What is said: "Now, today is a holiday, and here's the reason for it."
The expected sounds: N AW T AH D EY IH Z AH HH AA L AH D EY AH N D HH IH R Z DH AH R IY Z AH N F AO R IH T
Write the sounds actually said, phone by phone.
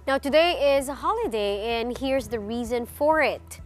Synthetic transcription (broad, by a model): N AW T AH D EY IH Z AH HH AA L AH D EY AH N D HH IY R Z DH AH R IY Z AH N F AO R IH T